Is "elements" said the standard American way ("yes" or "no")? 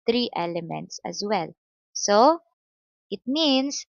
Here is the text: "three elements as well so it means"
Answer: yes